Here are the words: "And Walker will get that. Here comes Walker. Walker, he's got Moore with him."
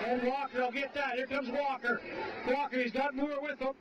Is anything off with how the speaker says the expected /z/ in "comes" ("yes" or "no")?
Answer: no